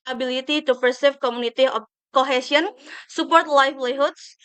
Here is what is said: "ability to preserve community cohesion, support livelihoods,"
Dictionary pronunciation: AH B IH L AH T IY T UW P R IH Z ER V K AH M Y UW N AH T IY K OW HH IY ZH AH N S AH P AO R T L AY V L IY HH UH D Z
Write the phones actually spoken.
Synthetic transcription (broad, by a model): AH B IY L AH T IY T UW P IH S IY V K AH M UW N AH T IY K OW HH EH S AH N S AH P AO R T L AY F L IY HH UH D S